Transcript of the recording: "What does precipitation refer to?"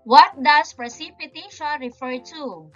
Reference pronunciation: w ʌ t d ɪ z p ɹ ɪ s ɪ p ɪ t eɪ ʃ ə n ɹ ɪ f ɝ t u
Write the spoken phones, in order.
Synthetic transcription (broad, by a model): w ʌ t d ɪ s p ɹ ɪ s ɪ p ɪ t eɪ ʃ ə n ɹ ɪ f ɝ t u